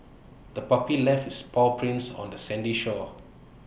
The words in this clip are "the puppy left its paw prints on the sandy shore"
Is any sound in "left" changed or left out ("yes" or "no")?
yes